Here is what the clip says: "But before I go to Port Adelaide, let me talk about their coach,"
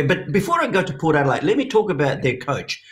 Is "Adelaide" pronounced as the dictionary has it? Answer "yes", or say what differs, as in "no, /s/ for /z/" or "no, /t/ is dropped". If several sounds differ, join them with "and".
no, /l/ is dropped